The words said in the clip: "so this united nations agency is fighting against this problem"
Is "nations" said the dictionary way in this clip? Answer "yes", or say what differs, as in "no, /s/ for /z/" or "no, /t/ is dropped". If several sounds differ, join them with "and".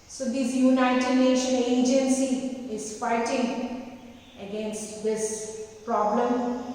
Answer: no, /z/ is dropped